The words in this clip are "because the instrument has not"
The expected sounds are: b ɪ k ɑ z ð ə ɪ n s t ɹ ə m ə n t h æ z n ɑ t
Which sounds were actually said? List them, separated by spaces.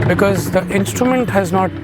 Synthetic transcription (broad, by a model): b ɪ k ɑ z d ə ɪ n s t ɹ ə m ə n t h æ z n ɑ t